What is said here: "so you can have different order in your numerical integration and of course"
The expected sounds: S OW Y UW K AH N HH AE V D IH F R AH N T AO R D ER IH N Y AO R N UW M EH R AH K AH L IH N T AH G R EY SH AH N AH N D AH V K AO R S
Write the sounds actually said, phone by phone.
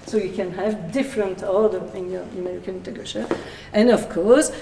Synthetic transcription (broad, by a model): S OW Y UW K AH N HH AE V D IH F R AH N T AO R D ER IH N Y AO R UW M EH R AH K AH N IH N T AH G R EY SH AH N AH N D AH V K AO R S